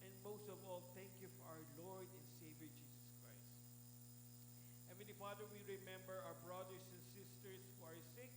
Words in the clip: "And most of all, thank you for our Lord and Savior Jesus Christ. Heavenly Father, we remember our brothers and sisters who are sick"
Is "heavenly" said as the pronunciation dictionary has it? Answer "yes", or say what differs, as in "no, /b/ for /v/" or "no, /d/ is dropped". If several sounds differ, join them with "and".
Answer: no, /l/ is dropped